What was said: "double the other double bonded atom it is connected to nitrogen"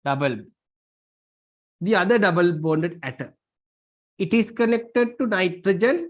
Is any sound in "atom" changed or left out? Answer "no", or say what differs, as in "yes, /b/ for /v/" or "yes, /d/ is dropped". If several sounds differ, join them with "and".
yes, /m/ is dropped